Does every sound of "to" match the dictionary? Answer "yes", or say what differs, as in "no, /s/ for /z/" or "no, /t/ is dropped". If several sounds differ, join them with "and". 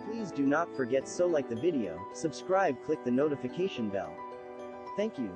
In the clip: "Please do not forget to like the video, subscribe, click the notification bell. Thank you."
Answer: no, /s/ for /t/